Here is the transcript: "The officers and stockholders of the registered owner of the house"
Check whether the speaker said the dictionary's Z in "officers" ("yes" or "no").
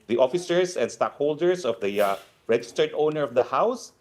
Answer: no